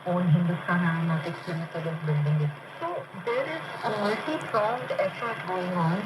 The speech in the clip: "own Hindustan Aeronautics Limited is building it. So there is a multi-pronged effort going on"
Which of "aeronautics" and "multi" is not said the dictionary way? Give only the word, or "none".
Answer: aeronautics